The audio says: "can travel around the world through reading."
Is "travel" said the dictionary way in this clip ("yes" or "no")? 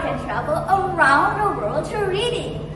no